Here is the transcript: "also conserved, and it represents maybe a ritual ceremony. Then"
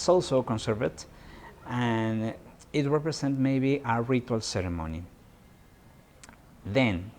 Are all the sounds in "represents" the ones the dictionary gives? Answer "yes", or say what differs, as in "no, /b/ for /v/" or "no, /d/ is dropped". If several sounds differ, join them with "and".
no, /s/ is dropped